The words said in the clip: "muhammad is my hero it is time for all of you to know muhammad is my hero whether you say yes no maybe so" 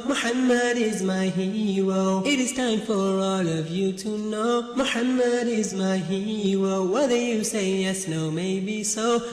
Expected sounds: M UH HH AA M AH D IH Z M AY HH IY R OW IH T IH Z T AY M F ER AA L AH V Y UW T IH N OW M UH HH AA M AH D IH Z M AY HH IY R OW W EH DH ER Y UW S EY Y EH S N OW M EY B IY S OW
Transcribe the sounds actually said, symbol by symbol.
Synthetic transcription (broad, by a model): M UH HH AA M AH D IH Z M AY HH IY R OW IH T IH Z T AY M F ER AA L AH V Y UW T IH N OW M UH HH AA M AH D IH Z M AY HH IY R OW W EH DH ER Y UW S EY Y EH S N OW M EY B IY S OW